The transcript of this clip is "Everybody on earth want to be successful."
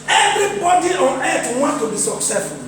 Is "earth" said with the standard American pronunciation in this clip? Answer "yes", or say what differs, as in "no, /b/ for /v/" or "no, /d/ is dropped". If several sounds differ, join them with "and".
no, /t/ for /θ/